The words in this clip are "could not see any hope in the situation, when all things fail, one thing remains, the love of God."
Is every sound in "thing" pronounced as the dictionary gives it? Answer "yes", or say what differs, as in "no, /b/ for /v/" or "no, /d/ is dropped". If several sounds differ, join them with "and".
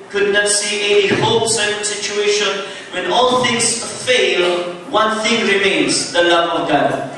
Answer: yes